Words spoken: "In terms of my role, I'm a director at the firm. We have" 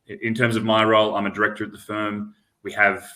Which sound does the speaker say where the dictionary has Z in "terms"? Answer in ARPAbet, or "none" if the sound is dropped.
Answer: Z